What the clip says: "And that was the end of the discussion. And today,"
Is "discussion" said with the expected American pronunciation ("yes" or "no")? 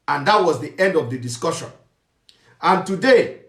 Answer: yes